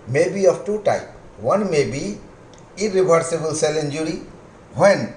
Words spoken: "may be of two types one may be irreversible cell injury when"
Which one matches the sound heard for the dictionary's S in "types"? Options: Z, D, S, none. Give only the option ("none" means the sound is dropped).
none